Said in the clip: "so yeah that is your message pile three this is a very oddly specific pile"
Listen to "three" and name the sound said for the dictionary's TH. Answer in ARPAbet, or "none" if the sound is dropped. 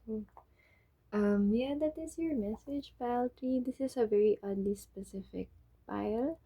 T